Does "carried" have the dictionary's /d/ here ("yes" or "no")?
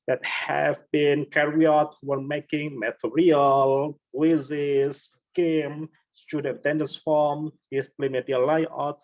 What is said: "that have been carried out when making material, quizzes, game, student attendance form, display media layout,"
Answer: no